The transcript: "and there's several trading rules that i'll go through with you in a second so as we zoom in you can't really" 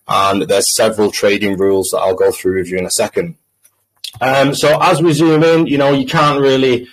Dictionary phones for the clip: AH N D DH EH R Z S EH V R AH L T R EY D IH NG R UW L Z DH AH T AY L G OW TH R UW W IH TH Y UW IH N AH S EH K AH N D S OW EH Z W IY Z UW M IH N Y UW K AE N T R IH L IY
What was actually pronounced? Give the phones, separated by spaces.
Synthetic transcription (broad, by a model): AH N DH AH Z S EH V R AH L T R EY D IH NG R UW L Z DH AH T AY L G OW TH R UW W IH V Y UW IH N AH S EH K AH N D S OW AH Z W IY Z UW M IH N Y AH K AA N T R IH L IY